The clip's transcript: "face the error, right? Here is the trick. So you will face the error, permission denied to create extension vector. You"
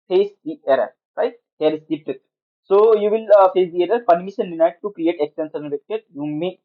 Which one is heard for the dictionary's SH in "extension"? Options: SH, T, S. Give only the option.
S